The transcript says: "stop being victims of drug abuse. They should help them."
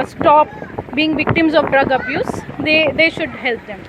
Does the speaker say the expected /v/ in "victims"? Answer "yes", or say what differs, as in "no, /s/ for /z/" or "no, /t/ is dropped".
yes